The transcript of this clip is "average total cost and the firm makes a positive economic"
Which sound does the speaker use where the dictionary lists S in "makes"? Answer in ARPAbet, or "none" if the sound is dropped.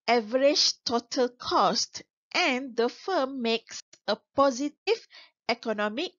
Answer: S